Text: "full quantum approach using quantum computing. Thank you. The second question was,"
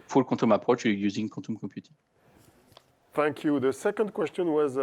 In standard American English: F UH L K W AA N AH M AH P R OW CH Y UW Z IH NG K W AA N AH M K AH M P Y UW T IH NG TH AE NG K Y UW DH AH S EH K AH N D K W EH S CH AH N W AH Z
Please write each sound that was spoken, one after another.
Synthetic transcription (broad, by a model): F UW L K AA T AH M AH P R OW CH Y UW Z IH NG K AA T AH M K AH P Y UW T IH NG TH AE NG K Y UW DH AH S EH K AH N D K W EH S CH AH N W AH Z